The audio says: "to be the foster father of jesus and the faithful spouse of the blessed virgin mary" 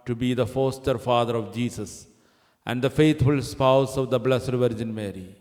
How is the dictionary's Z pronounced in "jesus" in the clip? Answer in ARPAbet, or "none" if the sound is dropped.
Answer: S